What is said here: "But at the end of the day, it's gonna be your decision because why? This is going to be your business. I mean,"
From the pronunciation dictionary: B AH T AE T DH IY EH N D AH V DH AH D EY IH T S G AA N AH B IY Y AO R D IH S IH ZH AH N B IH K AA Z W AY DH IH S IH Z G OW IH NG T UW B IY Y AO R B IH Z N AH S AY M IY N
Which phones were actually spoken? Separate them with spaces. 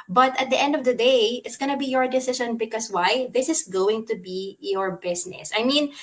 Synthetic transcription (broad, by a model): B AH T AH T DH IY EH N D AH V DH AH D EY IH T S G AA N AH B IY Y AO R D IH S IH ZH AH N B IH K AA S W AY DH IH S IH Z G OW IH NG T UW B IY Y AO R B IH S N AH S AY M IY N